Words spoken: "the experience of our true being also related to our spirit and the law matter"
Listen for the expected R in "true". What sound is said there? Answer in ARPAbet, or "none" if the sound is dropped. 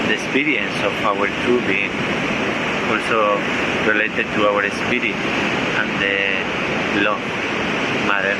none